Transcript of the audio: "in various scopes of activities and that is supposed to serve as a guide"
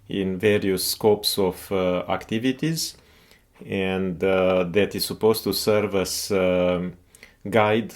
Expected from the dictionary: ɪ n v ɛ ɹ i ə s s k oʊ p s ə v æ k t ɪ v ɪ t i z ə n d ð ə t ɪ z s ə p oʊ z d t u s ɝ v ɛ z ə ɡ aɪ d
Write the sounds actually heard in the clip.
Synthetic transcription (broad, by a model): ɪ n v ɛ ɹ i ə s s k oʊ p s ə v æ k t ɪ v ɪ t i z ə n d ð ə t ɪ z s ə p oʊ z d t u s ɝ v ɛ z ɡ aɪ d